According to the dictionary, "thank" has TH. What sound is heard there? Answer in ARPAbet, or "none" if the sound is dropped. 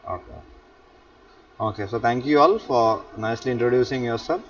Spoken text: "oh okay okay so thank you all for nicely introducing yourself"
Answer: T